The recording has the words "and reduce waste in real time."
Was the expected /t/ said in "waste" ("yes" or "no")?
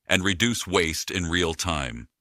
yes